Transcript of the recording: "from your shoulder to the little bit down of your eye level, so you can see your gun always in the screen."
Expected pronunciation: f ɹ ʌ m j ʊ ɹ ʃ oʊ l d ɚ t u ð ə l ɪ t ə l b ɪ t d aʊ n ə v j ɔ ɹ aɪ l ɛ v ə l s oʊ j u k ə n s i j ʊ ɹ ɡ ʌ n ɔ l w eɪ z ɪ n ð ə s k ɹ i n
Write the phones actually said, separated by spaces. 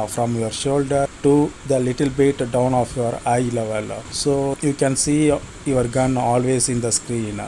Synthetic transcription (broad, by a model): f ɹ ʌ m j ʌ ɹ ʃ oʊ l d ɚ t u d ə l ɪ t ə l b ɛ t d aʊ n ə f j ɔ ɹ aɪ l ɛ v ə l s oʊ j u k ə n s i j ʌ ɹ ɡ ʌ n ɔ l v eɪ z ɪ n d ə s k ɹ i n